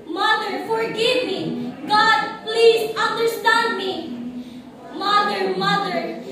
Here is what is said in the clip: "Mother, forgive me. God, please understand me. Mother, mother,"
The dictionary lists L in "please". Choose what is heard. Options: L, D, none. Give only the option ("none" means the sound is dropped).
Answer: L